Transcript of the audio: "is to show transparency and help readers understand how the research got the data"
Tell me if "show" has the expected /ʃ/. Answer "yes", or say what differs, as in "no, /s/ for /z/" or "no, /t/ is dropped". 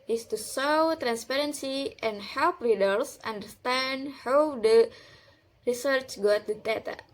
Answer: no, /s/ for /ʃ/